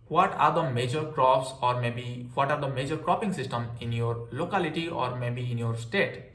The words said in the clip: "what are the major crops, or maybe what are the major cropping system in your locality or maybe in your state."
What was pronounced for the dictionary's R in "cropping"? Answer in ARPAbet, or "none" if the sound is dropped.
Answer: R